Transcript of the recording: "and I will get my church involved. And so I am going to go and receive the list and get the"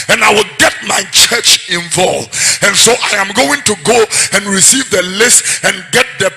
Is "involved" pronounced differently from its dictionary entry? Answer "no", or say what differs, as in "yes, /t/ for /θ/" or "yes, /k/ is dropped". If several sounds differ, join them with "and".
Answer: yes, /d/ is dropped